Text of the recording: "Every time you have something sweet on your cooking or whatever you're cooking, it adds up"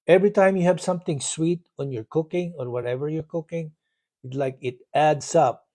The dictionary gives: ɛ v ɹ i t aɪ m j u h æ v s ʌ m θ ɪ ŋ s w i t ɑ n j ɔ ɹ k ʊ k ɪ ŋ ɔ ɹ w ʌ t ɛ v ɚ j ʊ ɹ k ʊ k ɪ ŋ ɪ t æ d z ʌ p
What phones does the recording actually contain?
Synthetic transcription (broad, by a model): ɛ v ɹ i t aɪ m j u h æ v s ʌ m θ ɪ ŋ s w i t ɑ n j ɔ ɹ k ʊ k ɪ ŋ ɔ ɹ w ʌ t ɛ v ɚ j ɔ ɹ k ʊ k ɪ ŋ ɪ t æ d s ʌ p